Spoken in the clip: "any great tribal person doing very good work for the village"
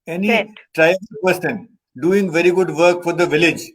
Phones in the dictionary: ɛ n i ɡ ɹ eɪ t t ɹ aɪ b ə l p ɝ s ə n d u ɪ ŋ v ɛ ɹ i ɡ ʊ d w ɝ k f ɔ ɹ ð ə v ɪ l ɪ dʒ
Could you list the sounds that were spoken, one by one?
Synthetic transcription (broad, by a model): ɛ n i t t ɹ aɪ ə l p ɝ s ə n d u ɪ ŋ v ɛ ɹ i ɡ ʊ d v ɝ k f ɔ ɹ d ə v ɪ l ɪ dʒ